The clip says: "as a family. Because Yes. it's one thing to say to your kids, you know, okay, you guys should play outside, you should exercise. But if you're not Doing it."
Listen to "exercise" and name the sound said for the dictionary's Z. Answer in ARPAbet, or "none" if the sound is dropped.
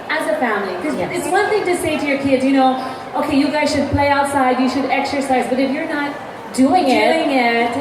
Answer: Z